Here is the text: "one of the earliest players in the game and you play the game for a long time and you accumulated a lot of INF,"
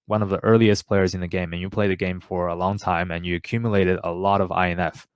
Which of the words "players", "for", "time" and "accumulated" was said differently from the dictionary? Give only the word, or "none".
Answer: none